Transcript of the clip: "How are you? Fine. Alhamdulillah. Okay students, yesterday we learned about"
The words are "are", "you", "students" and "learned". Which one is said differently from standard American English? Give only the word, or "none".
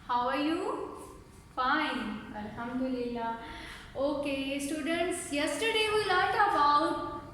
learned